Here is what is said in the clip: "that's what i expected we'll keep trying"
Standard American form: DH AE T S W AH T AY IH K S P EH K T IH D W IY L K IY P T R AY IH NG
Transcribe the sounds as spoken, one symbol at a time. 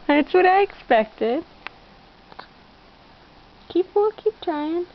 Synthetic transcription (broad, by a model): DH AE T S W AH T AY IH K S P EH K T IH D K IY W K IY P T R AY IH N